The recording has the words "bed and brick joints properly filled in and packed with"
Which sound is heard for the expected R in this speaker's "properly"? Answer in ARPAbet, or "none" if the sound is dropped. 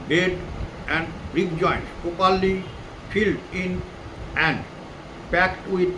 none